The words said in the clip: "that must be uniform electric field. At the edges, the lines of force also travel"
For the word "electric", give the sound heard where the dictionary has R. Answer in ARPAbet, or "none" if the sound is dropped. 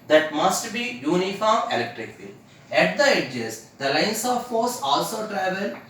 R